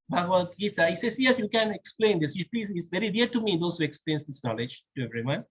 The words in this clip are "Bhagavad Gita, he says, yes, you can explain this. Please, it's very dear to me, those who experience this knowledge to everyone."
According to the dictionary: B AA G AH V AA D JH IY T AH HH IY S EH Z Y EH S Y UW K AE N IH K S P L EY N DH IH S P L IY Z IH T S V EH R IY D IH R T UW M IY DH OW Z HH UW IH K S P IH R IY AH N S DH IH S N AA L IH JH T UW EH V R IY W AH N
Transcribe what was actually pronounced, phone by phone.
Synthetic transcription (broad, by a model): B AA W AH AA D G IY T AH HH IY S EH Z Y EH S Y UW K AE N IH K S P L EY N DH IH S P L IY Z IH T S V EH R IY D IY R T UW M IY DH OW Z HH UW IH K S P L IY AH N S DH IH S N AA L IH JH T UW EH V R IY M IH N